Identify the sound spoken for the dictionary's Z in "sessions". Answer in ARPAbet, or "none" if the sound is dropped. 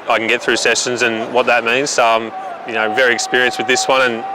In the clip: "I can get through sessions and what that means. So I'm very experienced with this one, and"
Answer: Z